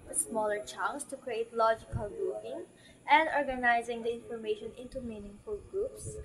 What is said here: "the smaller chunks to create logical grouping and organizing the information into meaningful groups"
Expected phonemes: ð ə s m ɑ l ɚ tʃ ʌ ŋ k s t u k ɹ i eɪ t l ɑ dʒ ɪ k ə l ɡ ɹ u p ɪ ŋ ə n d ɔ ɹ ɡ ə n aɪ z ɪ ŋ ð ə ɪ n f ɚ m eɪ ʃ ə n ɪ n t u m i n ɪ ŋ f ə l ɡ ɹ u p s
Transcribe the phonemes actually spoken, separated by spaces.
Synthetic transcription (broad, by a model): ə s m ɑ l ɚ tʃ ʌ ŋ s t u k ɹ i eɪ t l ɑ dʒ ɪ k ə l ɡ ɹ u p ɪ ŋ ə n d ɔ ɹ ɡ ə n aɪ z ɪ ŋ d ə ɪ n f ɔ m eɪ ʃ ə n ɪ n t u m i n ɪ ŋ f ə l ɡ ɹ u p s